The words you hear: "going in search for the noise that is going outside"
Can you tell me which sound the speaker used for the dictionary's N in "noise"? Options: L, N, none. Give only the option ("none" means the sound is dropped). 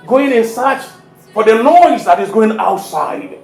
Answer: L